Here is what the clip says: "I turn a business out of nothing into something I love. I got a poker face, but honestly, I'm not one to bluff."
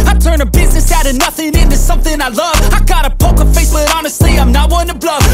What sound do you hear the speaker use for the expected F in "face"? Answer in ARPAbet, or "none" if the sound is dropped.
F